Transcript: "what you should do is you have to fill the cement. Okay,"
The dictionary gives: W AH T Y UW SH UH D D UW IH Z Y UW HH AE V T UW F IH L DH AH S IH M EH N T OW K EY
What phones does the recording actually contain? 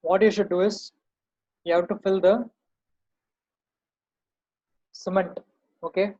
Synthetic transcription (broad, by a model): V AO T Y UW SH UH D D UW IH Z Y UW HH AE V T UW F IH L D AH S IH M EH N T OW K EY